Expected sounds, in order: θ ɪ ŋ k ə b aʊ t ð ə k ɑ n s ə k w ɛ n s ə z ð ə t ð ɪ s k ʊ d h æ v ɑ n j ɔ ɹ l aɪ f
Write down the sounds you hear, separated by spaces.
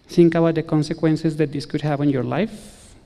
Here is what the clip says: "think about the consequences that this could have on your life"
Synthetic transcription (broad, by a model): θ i ŋ k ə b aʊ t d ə k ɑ n s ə k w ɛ n s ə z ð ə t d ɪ s k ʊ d h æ p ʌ n j ɔ ɹ l aɪ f